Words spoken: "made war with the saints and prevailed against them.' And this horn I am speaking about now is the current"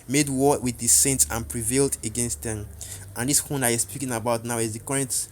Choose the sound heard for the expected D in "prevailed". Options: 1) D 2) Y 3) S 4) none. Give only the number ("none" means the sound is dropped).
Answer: 1